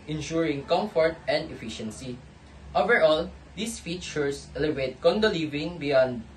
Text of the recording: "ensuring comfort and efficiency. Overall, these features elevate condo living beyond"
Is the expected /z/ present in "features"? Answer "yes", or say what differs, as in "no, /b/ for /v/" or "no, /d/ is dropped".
no, /s/ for /z/